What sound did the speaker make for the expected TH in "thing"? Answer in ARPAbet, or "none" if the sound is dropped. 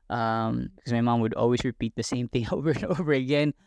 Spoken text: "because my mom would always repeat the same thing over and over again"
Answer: TH